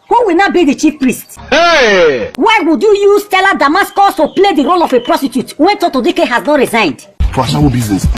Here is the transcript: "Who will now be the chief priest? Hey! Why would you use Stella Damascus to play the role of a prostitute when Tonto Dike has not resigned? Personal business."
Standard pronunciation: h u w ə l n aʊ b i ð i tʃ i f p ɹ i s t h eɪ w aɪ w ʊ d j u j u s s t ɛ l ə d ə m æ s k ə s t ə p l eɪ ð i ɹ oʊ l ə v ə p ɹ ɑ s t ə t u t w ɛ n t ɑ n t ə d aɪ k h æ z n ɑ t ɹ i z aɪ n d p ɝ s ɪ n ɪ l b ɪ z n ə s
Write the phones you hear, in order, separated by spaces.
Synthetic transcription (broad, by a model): h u w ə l n aʊ b i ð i tʃ i f p ɹ i s t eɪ w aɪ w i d j u j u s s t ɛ l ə d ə m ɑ s k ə s t ə p l eɪ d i ɹ oʊ l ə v ə p ɹ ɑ s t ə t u t w ɛ n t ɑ t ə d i k h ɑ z n ɑ t ɹ i z aɪ n d f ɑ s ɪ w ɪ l b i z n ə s